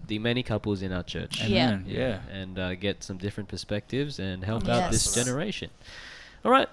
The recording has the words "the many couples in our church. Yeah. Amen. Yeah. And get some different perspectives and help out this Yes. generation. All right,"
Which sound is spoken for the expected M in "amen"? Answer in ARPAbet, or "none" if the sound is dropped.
none